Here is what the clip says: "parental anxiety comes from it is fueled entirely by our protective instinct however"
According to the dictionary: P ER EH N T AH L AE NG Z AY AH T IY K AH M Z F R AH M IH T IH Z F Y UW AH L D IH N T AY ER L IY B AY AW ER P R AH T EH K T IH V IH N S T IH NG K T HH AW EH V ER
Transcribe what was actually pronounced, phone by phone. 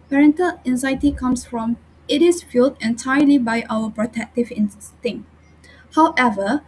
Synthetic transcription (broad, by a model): P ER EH N T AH L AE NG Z AY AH T IY K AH M S F R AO M IH T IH S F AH L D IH N T AY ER L IY B AY AW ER P R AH T EH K T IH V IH N S T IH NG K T HH AW EH V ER